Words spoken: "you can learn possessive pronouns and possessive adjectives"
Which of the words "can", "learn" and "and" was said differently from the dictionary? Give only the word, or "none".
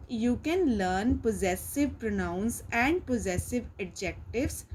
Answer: none